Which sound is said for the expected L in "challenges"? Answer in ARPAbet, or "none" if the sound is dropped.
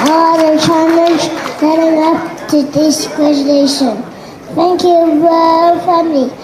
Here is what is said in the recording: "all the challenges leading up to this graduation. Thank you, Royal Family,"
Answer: N